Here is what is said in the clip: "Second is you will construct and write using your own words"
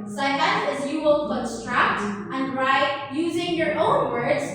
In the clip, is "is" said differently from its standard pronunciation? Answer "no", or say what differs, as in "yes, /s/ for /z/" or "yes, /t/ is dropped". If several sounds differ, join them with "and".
no